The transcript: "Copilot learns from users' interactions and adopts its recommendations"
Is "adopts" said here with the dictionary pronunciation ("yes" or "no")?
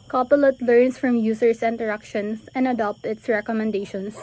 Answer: no